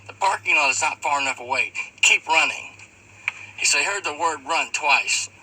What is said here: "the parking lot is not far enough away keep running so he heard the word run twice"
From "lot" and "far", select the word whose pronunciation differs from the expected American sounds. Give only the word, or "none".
lot